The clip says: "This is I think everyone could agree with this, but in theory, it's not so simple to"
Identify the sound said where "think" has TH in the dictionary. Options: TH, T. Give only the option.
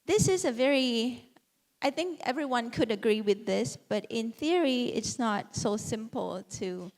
TH